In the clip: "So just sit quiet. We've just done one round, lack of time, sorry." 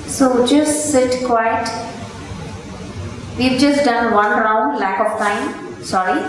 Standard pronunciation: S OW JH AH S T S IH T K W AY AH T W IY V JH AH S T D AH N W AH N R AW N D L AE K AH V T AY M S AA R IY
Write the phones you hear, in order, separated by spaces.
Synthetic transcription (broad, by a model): S OW JH AH S T S IH T K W AY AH T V IY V JH AH S T D AH N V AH N R AW N D L AE K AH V T AY M S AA R IY